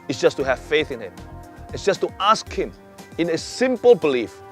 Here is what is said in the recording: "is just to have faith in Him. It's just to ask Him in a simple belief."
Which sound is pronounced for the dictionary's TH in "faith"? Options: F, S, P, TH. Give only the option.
TH